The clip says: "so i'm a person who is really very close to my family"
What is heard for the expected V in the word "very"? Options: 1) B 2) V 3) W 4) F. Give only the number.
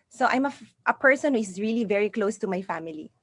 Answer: 2